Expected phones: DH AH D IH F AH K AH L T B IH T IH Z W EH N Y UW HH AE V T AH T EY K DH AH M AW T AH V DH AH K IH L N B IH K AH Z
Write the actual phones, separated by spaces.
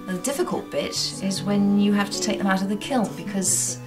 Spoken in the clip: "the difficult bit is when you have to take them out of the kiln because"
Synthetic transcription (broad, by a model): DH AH D IH F AH K AH L T B IH T IH Z W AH N Y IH HH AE F T AH T EY K DH AH M AW T AH V DH AH K IH L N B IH K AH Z